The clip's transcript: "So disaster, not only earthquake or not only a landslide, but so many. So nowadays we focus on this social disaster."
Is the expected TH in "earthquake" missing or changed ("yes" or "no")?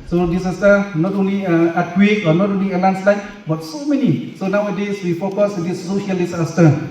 yes